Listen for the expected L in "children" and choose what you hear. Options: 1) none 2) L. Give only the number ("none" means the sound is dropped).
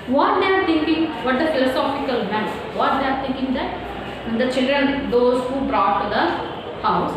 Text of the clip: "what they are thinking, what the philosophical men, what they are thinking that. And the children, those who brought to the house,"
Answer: 2